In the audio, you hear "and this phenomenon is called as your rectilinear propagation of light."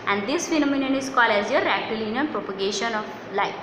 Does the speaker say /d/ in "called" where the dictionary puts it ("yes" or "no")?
no